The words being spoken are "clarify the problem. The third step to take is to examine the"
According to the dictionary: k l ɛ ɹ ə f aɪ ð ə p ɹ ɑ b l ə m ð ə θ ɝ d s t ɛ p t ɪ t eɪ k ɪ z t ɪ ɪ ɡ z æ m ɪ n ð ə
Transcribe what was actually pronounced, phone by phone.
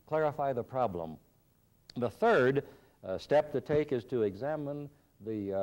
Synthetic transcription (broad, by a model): k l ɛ ɹ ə f aɪ ð ə p ɹ ɑ b l ə m ð ə θ ɝ d s t ɛ p t ɪ t eɪ k ɪ z t ɪ ɪ ɡ z æ m ɪ n ð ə